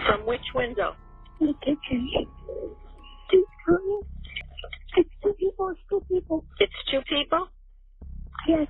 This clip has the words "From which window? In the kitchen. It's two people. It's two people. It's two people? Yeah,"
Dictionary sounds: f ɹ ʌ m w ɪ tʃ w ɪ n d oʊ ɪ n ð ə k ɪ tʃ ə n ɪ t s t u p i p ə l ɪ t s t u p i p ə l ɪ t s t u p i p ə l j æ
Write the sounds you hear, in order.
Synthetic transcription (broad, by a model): f ɹ ʌ m w ɪ tʃ w ɪ n d oʊ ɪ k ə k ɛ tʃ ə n ɪ t s t u p i p l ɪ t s t u p i p l ɪ t s t u p i p l j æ